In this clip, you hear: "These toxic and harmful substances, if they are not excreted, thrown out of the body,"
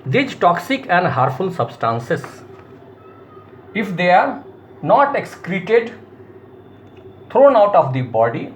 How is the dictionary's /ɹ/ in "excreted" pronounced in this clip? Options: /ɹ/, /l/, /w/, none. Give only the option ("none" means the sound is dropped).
/ɹ/